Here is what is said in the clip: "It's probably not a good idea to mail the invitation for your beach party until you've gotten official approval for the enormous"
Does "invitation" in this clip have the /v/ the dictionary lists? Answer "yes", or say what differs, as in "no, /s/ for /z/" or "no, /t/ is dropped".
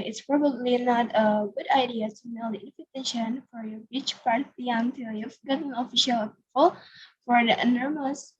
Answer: no, /f/ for /v/